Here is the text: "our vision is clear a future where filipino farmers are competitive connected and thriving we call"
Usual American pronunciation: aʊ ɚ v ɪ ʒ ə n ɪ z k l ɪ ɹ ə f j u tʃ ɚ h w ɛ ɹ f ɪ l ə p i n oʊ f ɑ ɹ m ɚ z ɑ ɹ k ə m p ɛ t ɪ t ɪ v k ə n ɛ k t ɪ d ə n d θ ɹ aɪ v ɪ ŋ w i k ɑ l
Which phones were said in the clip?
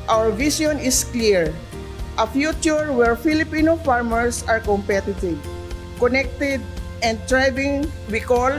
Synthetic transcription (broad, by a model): aʊ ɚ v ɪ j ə n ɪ s k l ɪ ɹ ə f j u tʃ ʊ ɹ w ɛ ɹ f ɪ l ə p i n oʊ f ɑ ɹ m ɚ s ɑ ɹ k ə m p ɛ t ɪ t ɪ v k ə n ɛ k t ɪ d ə n d t ɹ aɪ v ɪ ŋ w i k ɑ l